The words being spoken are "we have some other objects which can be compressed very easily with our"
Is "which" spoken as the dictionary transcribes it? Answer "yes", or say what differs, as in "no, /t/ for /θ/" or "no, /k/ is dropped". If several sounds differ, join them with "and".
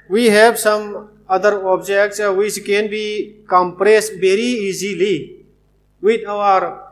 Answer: no, /s/ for /tʃ/